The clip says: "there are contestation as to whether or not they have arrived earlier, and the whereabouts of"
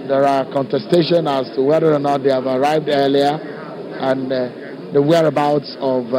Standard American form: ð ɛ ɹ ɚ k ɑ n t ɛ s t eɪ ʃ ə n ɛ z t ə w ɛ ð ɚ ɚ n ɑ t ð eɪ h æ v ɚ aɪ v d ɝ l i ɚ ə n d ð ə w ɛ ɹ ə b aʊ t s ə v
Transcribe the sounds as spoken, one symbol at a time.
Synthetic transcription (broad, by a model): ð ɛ ɹ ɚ k ɑ n t ɛ s t eɪ ʃ ə n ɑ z t ə w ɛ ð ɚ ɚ n ɑ t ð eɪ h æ v ɚ aɪ v d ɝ l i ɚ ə n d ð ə w ɛ ɹ ə b aʊ t s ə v